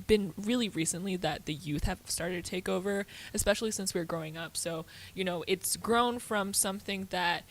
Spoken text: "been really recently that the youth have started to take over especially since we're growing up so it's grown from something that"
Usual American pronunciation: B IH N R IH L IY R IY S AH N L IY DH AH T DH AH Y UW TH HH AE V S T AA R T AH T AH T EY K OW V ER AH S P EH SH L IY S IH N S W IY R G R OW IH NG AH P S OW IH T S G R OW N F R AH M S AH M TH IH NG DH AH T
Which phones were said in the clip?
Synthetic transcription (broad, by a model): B IH N R IH L IY R IY S AH N L IY DH AH T DH AH Y UW TH HH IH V S T AA R T AH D T EY K OW V ER AH S P EH SH L IY S IH N S W IY R G R OW IH NG AH P S OW IH T S G R OW N F R AH M S AH M TH IH NG DH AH T